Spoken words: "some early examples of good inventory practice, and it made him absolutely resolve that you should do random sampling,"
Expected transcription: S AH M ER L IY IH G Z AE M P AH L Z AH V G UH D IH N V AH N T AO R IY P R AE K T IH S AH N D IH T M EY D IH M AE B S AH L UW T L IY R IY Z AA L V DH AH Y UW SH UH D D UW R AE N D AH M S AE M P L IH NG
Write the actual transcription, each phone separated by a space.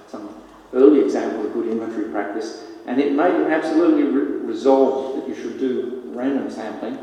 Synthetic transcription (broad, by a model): S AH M ER L IY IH G Z AE M P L AH V G UH D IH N AH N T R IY P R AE K T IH S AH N IH T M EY IH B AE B S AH L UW T L IY R IY Z AA L V DH AH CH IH SH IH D D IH R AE N D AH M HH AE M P L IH